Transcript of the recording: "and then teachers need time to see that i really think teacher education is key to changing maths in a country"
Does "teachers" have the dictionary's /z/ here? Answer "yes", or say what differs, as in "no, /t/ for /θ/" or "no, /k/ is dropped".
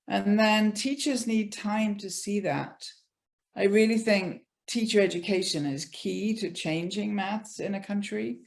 yes